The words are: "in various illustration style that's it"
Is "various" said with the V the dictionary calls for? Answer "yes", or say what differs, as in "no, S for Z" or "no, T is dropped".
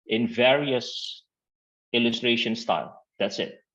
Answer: yes